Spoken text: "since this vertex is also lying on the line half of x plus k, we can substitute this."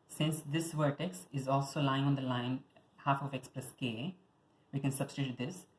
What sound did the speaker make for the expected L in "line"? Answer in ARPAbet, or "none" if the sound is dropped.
L